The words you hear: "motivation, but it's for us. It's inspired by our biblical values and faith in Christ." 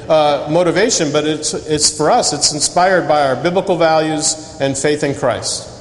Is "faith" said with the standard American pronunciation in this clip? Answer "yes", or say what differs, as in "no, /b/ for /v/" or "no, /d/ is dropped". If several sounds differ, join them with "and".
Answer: yes